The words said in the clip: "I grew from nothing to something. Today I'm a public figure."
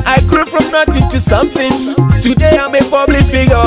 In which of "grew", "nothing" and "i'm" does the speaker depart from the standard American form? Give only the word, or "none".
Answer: nothing